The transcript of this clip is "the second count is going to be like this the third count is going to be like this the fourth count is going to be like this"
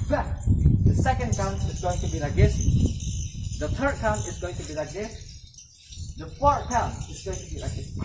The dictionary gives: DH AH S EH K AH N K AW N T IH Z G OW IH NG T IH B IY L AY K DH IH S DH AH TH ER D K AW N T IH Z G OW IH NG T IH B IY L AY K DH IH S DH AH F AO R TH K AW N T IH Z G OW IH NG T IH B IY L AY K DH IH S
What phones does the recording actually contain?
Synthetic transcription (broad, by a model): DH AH S EH K AH N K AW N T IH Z G OW IH NG T IH B IY L AY K DH IH S DH AH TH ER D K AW N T IH Z G OW IH NG T IH B IY L AY K DH IH S DH AH F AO R T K AW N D IH Z G OW IH NG T IH B IY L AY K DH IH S